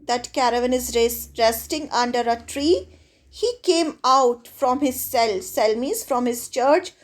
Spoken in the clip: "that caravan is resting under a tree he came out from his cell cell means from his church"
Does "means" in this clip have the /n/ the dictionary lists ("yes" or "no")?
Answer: no